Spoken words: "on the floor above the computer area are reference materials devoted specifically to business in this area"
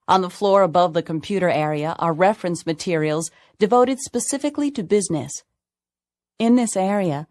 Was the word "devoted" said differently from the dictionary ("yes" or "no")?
no